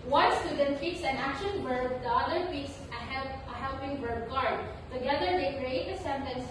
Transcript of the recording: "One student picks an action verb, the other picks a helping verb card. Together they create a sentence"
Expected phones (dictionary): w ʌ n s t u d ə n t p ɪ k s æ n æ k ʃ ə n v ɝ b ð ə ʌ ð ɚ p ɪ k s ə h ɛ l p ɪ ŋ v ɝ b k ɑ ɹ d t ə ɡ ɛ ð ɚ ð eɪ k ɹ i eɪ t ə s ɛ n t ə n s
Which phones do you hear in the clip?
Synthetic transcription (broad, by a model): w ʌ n s t u d ə n t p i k s æ n æ k ʃ ə n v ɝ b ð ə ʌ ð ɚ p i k s ə h ɛ l p ɪ ŋ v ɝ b k ɑ ɹ d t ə ɡ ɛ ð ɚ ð eɪ k ɹ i eɪ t ə s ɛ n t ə n s